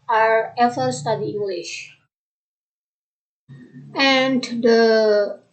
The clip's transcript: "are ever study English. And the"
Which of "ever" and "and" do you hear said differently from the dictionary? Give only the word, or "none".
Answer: ever